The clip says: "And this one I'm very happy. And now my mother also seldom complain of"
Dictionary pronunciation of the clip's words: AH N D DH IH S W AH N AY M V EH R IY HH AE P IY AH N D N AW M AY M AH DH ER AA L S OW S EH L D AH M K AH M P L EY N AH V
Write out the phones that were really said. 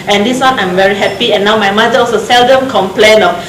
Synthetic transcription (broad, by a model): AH N D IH S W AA N AY M V EH R IY HH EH P IY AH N N AW M AY M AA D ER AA S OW S EH L D AH M K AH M P L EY N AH